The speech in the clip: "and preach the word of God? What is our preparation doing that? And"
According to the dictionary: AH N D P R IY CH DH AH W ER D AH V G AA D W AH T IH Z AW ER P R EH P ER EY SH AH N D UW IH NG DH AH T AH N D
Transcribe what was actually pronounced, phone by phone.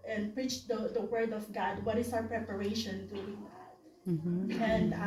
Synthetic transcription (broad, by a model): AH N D P R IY CH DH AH W ER D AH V G AA D W AH T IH S AW ER P R EH P ER EY SH AH N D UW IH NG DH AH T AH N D